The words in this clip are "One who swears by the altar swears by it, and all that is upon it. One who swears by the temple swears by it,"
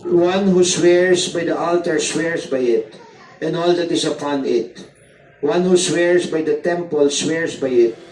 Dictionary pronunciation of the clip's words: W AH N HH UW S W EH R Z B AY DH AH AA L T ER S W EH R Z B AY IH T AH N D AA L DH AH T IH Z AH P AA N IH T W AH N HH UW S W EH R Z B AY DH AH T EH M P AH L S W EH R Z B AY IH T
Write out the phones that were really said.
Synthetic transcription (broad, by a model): W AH N HH UW S W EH R S B AY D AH AA L T ER S W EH R S B AY IH T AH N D AA L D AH T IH S AH P AA N IH T W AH N HH UW S W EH R S B AY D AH T EH M P AH L S W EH R S B AY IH T